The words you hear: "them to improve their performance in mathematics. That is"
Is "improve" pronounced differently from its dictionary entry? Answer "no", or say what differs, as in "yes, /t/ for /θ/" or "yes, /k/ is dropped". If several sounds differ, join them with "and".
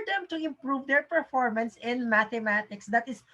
no